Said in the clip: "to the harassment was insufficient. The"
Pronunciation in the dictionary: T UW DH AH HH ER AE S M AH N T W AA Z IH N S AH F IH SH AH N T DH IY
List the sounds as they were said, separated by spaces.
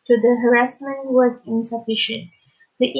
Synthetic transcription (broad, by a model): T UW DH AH HH ER AE S M AH N T W AA Z IH N S AH F IH SH AH N T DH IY